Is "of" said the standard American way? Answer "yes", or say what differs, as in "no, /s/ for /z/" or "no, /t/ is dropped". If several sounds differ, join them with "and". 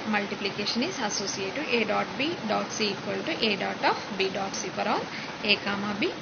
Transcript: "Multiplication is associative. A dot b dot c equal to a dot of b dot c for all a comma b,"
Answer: no, /p/ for /v/